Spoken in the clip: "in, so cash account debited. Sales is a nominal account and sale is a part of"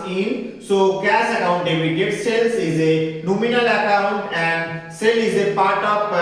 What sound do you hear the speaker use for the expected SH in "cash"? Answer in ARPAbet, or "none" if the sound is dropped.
S